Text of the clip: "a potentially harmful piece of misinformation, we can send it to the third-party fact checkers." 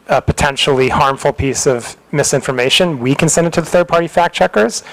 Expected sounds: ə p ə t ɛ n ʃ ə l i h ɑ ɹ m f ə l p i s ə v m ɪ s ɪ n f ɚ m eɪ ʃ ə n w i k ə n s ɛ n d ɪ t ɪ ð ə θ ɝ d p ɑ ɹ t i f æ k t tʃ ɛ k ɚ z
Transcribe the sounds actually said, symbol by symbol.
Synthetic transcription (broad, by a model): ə p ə t ɛ n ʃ l i h ɑ ɹ m f l p i s ə v m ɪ s ɪ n f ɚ m eɪ ʃ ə n w i k ə n s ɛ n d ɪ t ɪ ð ə θ ɝ d p ɑ ɹ t i f æ k tʃ ɛ k ɚ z